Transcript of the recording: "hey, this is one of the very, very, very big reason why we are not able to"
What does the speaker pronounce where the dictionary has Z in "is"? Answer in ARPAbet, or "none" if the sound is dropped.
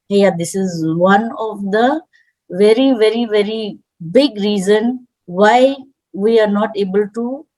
Z